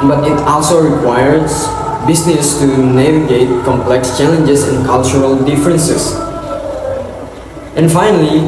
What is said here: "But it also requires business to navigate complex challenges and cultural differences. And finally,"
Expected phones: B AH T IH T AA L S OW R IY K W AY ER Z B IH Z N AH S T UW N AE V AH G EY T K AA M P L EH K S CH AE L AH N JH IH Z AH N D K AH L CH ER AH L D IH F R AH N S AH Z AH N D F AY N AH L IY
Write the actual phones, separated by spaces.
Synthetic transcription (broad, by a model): B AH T IH T AA L S OW R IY K W AY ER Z B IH S N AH S T UW N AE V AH G EY T K AA M P L EH K S CH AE L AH N JH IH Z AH N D K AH L CH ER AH L D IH F R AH N S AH S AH N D F AY N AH L IY